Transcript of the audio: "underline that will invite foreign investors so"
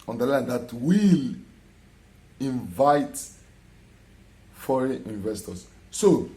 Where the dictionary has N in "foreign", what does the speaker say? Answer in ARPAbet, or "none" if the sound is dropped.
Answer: none